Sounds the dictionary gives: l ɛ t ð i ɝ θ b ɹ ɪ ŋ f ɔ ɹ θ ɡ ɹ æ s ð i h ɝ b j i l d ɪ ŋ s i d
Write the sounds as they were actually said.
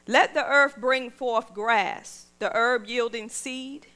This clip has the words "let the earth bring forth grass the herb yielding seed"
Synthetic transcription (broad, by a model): l ɛ t ð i ɝ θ b ɹ ɪ ŋ f ɔ ɹ θ ɡ ɹ æ s ð i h ɝ b j i l d ɪ ŋ s i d